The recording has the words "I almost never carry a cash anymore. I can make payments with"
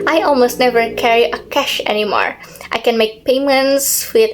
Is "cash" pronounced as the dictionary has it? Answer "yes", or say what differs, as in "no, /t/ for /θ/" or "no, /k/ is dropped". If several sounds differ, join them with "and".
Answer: yes